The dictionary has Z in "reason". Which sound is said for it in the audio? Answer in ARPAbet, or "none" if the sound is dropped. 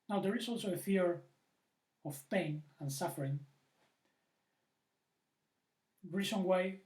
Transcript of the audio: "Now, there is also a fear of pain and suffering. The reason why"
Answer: S